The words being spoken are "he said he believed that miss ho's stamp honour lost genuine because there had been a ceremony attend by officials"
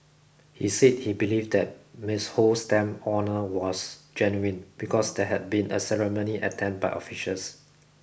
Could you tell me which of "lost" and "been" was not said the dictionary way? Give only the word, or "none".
lost